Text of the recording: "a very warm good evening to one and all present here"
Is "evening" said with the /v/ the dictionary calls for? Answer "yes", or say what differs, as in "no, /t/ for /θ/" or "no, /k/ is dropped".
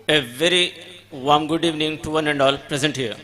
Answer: yes